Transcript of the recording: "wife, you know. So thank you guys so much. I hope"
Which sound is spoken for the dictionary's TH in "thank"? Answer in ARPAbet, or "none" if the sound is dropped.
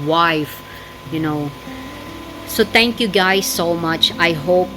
T